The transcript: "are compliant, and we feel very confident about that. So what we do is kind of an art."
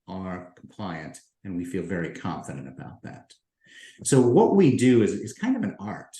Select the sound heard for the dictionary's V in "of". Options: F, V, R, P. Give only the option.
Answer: V